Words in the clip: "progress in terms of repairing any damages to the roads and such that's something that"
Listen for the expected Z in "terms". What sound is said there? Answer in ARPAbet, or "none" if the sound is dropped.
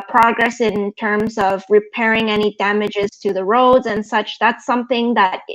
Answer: Z